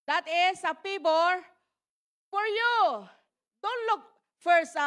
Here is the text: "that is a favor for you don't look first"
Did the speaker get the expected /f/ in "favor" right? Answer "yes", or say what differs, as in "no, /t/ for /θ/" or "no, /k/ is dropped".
no, /p/ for /f/